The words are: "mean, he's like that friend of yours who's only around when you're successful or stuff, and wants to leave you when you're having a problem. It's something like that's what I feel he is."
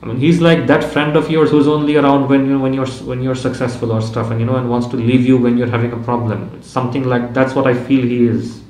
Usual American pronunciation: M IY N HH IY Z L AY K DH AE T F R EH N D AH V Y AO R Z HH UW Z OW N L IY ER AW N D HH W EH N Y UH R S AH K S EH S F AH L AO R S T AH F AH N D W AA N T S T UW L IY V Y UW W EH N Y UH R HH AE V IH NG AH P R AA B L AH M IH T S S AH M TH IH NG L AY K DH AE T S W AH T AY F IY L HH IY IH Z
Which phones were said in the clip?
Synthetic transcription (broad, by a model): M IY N HH IY Z L AY K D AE T F R EH N D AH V Y AO R Z HH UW Z OW N L IY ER AW N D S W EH N Y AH R S AH K S EH S F AH L AO R S T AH F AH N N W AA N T S T UW L IY V Y UW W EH N Y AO R HH AE V IH NG AH P R AA B L AH M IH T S S AH M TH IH NG L AY K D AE T S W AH T AY F IY L HH IY IH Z